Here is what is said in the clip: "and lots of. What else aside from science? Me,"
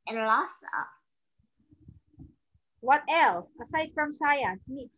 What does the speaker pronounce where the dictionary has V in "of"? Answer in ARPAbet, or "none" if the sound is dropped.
P